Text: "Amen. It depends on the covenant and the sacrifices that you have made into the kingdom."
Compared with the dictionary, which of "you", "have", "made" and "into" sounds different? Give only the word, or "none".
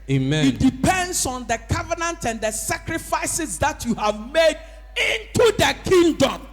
none